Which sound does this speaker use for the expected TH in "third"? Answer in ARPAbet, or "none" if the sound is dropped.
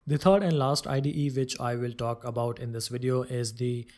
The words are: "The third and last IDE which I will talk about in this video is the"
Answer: T